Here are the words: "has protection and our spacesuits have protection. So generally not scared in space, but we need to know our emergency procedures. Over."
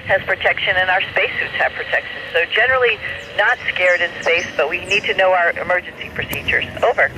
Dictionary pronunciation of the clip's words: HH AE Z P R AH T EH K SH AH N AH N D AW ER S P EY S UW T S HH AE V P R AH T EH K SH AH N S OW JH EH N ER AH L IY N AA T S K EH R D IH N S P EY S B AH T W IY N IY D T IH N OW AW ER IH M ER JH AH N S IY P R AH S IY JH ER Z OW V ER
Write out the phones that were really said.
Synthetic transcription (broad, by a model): HH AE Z P R AH T EH K SH AH N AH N AW ER S P EY S UW T S HH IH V P R AH T EH K SH AH N S OW JH EH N ER L IY N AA T S K EH R D IH N S P EY S B AH T W IY N IY D T IH N OW AW ER IH M ER JH AH N S IY P R AH S IY JH ER Z OW V ER